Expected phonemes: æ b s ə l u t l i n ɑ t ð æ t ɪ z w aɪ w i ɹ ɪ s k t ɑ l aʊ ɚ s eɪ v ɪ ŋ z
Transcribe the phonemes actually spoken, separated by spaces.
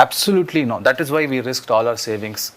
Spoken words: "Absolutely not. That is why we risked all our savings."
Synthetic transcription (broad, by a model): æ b s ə l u t l i n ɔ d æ t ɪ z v aɪ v i ɹ ɪ s k t ɑ l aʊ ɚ s eɪ v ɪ ŋ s